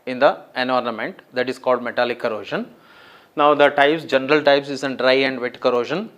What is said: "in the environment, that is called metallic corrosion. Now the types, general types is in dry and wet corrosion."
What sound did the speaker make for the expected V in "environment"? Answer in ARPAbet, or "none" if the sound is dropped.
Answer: none